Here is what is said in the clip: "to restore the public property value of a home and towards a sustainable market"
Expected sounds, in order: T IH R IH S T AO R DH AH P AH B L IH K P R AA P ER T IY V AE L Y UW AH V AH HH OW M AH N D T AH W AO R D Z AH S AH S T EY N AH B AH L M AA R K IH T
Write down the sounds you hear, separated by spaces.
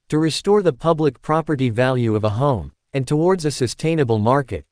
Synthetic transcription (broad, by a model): T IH R IH S T AO R DH AH P AH B L IH K P R AA P ER T IY V AE L Y UW AH V AH HH OW M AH N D T AH W AO R D Z AH S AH S T EY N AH B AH L M AA R K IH T